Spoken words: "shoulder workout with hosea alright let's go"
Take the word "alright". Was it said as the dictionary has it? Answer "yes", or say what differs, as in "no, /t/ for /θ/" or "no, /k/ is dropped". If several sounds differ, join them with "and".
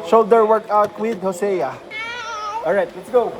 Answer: no, /l/ is dropped